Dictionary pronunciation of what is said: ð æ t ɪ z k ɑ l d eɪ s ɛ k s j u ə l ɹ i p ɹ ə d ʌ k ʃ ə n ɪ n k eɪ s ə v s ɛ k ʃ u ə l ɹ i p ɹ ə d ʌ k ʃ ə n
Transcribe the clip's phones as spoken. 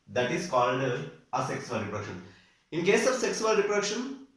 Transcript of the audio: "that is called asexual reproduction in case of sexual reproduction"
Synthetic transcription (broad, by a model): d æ t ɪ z k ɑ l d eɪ s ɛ k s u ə l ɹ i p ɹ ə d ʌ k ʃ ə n ɪ n k eɪ s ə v s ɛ k s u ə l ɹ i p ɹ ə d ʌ k ʃ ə n